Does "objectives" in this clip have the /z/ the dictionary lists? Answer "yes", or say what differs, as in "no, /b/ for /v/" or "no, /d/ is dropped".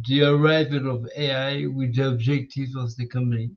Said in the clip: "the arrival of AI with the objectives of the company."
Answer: no, /z/ is dropped